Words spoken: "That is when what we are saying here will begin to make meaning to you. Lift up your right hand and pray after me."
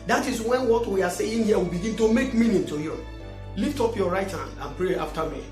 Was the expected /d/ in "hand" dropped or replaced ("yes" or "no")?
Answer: yes